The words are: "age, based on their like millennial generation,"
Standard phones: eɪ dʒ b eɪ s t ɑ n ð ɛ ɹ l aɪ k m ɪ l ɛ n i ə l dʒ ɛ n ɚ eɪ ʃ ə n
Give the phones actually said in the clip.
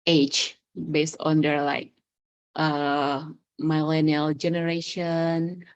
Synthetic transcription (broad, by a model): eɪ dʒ b eɪ s t ɑ n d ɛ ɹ l aɪ k m ɪ l ɛ n i ə l dʒ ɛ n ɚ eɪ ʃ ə n